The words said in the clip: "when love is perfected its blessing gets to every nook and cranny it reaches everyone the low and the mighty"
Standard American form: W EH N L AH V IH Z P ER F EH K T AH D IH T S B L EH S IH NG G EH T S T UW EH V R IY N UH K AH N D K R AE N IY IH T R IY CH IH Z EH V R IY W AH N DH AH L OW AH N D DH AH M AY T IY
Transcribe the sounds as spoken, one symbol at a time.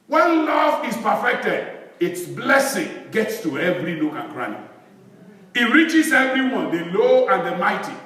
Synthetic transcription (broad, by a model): W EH N L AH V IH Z P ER F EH K T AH D IH T S B L EH S IH NG G EH T S T UW EH V R IY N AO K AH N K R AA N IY IH T R IY CH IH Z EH V R IY W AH N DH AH L OW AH N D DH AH M AY T IY